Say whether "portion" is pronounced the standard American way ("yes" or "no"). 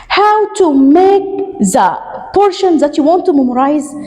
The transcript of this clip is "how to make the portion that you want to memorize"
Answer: yes